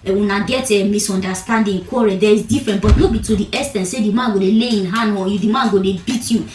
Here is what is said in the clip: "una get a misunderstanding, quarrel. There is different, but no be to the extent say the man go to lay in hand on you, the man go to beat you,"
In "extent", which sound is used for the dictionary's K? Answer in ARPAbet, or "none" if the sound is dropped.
none